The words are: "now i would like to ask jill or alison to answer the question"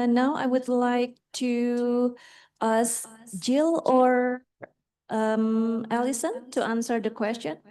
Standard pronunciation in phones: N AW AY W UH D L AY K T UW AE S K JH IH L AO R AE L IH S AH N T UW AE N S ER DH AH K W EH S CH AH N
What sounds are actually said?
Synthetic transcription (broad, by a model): N AW AY W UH D L AY K T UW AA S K JH IH L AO R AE L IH S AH N T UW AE N S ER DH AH K W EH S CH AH N